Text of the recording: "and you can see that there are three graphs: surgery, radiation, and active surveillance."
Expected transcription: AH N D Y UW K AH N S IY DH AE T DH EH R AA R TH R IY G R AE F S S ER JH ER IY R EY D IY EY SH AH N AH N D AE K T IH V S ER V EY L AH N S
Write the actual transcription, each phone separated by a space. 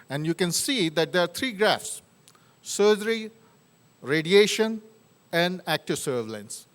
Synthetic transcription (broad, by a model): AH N D Y UW K AH N S IY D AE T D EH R AA R T R IY G R AE F S S ER JH ER IY R EY D IY EY SH AH N AH N D AE K T IH V S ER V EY L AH N S